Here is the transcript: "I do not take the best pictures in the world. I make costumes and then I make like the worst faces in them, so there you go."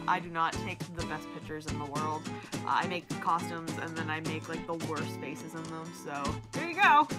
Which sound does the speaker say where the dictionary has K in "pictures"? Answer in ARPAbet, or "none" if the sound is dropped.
K